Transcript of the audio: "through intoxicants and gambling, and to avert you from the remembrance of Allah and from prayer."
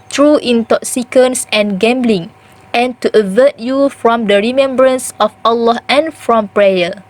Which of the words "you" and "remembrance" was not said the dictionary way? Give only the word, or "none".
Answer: none